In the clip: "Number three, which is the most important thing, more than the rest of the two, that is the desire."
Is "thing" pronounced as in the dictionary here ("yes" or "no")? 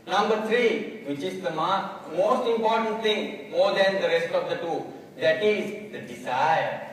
no